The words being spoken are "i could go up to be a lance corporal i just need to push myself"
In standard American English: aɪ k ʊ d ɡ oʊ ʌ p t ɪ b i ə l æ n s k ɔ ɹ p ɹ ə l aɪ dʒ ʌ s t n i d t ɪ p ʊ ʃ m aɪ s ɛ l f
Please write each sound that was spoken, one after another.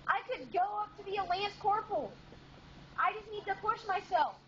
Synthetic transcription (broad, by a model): aɪ k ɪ d ɡ oʊ ʌ p t ɪ b i ə l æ n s k ɔ ɹ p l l aɪ dʒ ʌ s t n i d t ɪ p ʊ ʃ m aɪ s ɛ l f